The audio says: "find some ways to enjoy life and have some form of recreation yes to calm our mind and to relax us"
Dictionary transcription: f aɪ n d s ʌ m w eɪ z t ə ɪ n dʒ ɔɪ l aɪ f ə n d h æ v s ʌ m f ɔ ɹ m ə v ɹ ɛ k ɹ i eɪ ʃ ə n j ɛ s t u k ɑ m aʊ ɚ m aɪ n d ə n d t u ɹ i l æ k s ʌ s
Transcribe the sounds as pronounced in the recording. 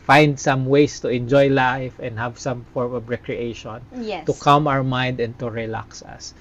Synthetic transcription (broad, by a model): f aɪ n d s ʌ m w eɪ s t ə ɪ n dʒ ɔɪ l aɪ f ə n d h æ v s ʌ m f ɔ ɹ m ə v ɹ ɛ k ɹ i eɪ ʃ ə n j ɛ t u k ɑ m aʊ ɚ m aɪ n d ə n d t u ɹ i l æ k s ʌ s